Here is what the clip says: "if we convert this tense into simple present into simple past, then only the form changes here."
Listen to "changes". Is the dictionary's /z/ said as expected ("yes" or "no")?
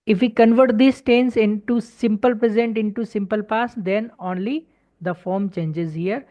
yes